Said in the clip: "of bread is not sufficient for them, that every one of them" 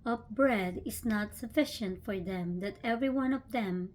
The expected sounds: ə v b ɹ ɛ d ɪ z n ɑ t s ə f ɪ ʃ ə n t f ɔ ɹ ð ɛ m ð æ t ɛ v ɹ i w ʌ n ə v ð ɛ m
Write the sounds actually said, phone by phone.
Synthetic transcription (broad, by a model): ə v b ɹ ɛ d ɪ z n ɑ t s ə f ɪ ʃ ə n t f ɔ ɹ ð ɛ m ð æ t ɛ v ɹ i w ʌ n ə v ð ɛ m